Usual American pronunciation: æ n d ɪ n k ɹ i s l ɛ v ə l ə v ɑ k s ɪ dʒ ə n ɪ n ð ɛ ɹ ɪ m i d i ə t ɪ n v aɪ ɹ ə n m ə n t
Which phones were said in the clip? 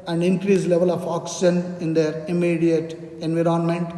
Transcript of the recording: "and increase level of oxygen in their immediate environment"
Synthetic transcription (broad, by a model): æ n d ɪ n k ɹ i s l ɛ v ə l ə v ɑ k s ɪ ʃ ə n ɪ n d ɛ ɹ ɪ m i d i ə t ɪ n v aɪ ɹ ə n m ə n t